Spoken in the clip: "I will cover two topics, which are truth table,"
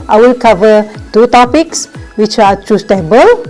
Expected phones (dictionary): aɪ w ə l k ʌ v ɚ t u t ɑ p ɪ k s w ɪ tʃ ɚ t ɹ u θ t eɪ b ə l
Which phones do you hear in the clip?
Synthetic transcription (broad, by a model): aɪ w ə l k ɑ v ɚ t u t ɑ p ɪ k s w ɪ tʃ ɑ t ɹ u s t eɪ b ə l